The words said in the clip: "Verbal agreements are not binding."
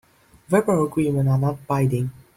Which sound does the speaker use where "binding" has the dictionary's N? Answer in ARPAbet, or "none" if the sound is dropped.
none